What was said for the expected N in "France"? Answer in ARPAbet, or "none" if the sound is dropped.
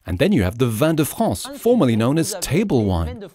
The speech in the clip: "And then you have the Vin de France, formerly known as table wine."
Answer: none